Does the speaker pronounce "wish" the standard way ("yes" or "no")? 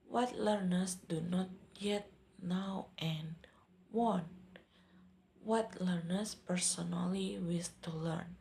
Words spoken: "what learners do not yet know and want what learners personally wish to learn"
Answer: no